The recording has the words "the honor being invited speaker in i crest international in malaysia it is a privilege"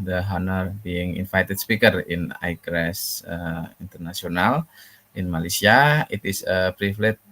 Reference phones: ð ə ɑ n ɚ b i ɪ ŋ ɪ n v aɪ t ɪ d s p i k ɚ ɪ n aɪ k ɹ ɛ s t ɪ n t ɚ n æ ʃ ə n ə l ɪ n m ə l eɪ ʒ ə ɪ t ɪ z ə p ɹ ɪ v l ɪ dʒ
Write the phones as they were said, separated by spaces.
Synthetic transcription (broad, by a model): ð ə ɑ n ɚ b i ɪ ŋ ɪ n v aɪ t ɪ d s p i k ɚ ɪ n aɪ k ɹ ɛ s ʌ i n t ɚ n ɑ s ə n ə l ɪ n m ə l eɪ s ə ɪ t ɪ s ə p ɹ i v l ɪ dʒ